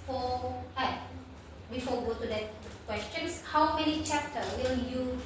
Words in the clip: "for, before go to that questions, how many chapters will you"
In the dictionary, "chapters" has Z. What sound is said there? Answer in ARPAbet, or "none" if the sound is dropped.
none